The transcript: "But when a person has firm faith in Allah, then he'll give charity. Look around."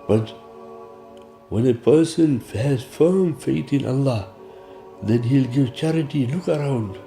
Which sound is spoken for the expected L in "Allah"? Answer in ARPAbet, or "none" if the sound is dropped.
L